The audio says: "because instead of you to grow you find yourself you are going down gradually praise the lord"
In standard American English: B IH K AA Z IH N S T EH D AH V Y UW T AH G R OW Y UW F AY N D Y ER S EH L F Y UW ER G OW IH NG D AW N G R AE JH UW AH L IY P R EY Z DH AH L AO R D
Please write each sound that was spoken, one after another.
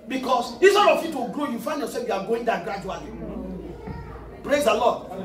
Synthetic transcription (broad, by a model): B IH K AA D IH S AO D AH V Y UW T AH G R OW Y UW F AY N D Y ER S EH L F Y UW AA G OW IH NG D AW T G R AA JH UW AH L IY P R EY Z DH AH L AO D